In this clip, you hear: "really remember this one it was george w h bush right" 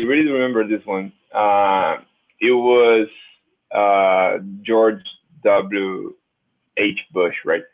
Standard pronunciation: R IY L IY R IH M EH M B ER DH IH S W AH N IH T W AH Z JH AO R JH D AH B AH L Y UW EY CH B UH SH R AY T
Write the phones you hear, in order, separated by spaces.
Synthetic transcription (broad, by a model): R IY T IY R IH M EH M B ER DH IH S W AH N IH T W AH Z JH AO R JH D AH B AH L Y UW EY CH B UH SH R AY T